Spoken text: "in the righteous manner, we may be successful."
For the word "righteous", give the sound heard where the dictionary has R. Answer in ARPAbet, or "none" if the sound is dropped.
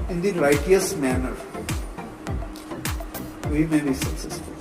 L